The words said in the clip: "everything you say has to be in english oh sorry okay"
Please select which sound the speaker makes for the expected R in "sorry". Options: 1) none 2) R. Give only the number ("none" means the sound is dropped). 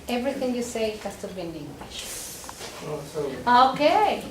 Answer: 1